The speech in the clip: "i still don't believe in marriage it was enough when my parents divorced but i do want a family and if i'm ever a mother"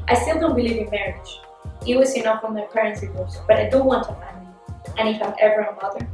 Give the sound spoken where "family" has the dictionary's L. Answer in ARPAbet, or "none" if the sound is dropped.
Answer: none